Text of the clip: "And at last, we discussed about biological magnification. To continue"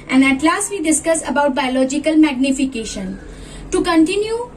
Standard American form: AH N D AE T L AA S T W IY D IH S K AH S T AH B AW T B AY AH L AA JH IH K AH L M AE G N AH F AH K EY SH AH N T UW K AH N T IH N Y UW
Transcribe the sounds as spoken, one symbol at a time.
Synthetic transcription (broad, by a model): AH N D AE T L AA S T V IY D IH S K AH S AH B AW T B AY AH L AA JH IH K AH L M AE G N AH F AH K EY SH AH N T UW K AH N T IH N Y UW